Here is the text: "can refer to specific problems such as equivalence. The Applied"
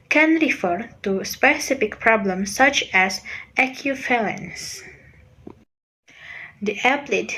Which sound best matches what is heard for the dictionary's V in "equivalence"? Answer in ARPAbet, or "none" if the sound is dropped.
F